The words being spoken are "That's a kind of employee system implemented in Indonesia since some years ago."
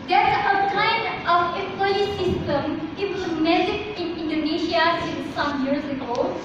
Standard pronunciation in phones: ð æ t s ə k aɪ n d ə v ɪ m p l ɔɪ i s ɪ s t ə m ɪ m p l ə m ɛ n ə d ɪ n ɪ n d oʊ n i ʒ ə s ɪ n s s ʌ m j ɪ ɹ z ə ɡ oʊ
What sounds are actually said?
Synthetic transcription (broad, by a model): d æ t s ə k aɪ n d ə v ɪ p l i s ɪ s t ə m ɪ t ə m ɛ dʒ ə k ɪ n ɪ n d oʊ n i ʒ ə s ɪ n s s ʌ m j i ɹ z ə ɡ oʊ